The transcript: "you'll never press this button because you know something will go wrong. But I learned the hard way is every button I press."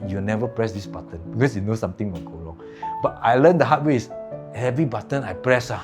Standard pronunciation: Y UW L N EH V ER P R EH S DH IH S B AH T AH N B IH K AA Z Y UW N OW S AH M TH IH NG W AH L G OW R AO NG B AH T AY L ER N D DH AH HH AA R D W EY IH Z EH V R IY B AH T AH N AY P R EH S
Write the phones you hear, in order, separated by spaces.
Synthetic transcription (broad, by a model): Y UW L N EH V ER P R EH S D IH S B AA T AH N B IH K AA S Y UW N OW S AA M T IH NG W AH N G OW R AO NG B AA T AY L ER N D AH HH AA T W EY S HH EH V R IY B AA T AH N AY P R EH S